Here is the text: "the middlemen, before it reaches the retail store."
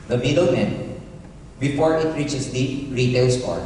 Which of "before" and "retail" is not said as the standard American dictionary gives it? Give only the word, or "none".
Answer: before